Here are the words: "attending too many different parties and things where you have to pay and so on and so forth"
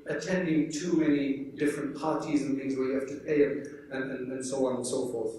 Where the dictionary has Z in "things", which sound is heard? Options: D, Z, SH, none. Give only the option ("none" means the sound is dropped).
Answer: Z